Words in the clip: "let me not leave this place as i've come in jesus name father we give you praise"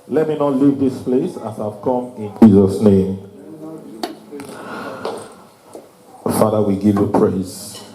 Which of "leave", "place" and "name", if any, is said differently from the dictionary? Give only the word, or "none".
none